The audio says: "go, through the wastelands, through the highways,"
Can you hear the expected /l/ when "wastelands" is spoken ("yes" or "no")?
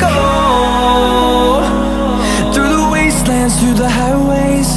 yes